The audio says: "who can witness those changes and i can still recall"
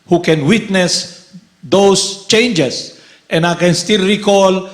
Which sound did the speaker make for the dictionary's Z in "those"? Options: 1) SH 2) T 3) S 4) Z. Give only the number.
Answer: 3